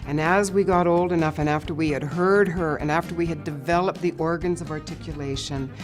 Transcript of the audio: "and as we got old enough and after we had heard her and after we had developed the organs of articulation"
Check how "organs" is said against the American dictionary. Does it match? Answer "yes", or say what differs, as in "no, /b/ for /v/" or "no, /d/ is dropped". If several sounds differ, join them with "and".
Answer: yes